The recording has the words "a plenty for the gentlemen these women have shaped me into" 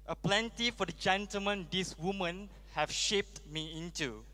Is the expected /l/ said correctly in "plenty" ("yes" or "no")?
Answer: yes